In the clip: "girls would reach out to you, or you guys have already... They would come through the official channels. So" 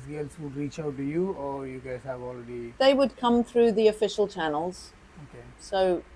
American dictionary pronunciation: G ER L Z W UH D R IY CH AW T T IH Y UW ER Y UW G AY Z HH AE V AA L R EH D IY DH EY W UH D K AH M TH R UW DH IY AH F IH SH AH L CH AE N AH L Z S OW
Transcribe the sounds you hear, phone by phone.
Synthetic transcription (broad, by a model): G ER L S W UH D R IY CH AW T T IH Y UW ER Y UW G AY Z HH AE V AA L R EH D IY DH EY W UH D K AH M TH R UW DH IY AH F IH SH AH L CH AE N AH L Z S OW